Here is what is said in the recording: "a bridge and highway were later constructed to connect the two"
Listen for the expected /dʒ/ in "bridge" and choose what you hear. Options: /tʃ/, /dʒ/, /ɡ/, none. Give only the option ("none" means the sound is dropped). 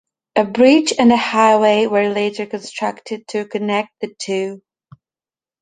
/tʃ/